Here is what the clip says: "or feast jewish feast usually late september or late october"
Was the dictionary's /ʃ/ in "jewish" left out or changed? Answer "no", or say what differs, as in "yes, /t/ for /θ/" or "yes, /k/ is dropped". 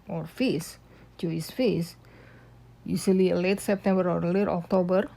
yes, /s/ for /ʃ/